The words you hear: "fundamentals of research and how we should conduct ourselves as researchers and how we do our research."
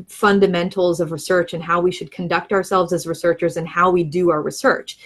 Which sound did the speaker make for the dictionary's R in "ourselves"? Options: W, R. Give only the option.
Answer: R